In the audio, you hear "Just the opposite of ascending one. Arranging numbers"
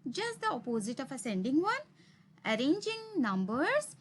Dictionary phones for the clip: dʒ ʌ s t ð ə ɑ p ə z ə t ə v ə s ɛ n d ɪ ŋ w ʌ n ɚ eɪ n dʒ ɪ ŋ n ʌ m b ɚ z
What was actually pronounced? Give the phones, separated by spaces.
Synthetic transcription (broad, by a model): dʒ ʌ s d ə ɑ p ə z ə t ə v ə s ɛ n d ɪ ŋ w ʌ n ɚ eɪ n dʒ ɪ ŋ n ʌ m b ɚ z